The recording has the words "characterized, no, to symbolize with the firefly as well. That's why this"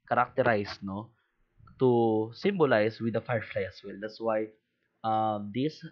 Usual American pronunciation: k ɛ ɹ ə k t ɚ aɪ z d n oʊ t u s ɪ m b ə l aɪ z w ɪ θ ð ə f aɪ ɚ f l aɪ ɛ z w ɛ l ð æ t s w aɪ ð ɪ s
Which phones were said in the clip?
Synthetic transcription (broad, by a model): k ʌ ɹ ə k t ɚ aɪ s n oʊ t u s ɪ m b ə l aɪ s w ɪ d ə f aɪ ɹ f l aɪ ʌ s w ɛ l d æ t s w aɪ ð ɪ s